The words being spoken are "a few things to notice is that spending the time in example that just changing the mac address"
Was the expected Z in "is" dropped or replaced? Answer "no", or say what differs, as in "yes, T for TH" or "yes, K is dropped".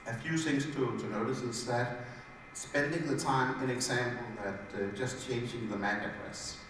yes, S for Z